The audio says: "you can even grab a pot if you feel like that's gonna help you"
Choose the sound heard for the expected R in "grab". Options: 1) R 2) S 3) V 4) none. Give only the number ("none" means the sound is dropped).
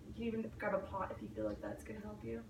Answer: 4